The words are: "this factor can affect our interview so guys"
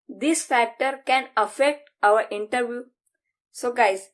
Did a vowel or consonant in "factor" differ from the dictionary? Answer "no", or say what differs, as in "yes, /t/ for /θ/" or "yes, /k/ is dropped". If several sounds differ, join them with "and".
no